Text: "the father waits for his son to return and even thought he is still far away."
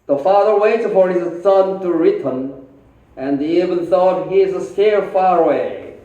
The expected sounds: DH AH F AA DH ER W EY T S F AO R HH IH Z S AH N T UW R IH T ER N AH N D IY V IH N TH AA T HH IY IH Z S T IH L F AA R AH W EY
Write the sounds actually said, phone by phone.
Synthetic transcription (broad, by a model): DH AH F AA DH ER W EY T F AO R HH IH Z S AH N T UW R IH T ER N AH N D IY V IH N TH AA T HH IY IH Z S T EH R F AA R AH W EY